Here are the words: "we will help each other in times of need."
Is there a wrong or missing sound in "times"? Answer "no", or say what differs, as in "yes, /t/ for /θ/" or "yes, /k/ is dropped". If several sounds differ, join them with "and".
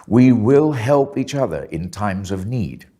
no